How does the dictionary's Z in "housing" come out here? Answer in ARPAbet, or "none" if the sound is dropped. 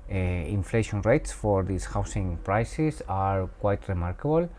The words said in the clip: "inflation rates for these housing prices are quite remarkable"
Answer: S